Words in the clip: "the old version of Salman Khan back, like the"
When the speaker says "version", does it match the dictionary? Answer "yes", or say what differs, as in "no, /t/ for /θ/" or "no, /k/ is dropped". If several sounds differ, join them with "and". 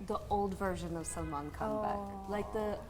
yes